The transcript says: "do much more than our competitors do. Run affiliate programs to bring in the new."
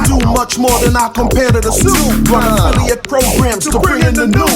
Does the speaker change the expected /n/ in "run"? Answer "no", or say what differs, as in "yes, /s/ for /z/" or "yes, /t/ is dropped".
yes, /n/ is dropped